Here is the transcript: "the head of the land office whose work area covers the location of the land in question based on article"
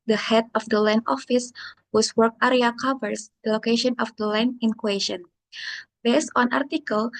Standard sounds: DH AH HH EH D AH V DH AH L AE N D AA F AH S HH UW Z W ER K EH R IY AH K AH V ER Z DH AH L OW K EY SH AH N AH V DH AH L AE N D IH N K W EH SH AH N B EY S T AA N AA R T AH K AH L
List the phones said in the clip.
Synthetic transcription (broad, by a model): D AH HH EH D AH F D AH L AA N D AA F AH S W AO S W ER K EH R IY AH K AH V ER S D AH L OW K EY SH AH N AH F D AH L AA N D IH N K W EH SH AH N B EY S T AA N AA R T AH K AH L